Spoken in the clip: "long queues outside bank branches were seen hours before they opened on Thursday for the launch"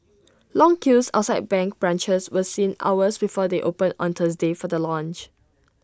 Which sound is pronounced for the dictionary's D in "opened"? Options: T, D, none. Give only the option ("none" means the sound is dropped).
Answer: none